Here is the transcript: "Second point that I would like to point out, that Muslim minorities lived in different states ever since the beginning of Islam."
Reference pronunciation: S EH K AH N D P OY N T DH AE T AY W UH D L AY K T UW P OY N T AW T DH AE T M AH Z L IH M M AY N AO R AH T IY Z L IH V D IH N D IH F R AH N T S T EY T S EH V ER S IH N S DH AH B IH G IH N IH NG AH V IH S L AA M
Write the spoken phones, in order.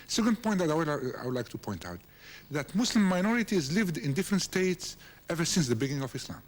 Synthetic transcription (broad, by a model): S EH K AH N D P OY N T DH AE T AY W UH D L AY K T UW P OY N T AW T DH AE T M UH S L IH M M AY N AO R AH T IY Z L IH V D IH N D IH F R AH N T S T EY T S EH V ER S IH N S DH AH B IH G IH N IH NG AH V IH S L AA M